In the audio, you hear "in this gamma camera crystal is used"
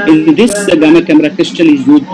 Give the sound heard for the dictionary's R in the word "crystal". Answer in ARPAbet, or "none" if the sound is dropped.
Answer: R